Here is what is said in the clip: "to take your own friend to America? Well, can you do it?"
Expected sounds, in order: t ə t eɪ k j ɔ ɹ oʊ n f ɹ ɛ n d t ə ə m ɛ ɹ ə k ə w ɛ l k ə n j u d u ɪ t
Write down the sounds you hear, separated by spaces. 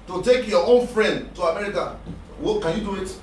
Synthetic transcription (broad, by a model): t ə t eɪ k j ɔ oʊ n f ɹ ɛ n d t ə ə m ɛ ɹ ə k ə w k ə n j u d u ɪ t